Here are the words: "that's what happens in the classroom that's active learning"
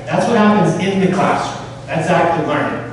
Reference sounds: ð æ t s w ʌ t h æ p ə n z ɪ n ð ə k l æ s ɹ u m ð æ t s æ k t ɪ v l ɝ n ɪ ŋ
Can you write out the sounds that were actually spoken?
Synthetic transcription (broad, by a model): ð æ t s w ʌ t h æ p ə n z ɪ n ð ə k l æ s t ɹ ð æ t s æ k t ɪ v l ɝ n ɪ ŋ